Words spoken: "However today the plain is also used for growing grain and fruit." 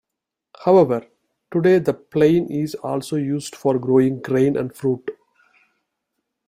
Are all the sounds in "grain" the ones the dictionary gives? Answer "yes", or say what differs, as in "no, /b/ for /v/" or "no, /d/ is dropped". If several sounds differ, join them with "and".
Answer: yes